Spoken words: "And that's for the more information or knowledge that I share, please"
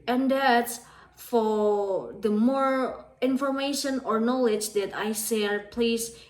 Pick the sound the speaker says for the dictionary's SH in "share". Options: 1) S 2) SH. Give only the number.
1